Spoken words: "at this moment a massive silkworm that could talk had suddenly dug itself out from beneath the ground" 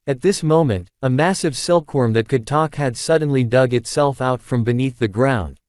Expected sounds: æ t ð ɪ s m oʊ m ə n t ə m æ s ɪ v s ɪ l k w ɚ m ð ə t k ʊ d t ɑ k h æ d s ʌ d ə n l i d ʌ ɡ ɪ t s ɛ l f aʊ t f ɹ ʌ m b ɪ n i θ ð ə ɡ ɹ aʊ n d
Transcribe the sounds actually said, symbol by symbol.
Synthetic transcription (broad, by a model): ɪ t ð ɪ s m oʊ m ə n t ə m æ s ɪ v s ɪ l k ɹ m ð ə t k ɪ d t ɑ k h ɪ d s ʌ d n l i d ʌ ɡ ɪ t s ɛ l f aʊ t f ɹ ʌ m b ɪ n i θ ð ə ɡ ɹ aʊ n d